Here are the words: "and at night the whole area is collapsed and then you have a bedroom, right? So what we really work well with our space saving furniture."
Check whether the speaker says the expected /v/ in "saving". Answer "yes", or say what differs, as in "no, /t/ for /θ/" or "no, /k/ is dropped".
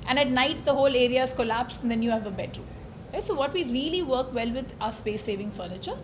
yes